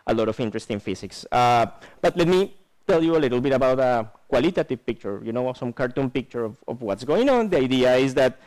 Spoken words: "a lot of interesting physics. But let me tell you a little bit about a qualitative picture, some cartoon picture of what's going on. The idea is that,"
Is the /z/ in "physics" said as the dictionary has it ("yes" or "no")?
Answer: no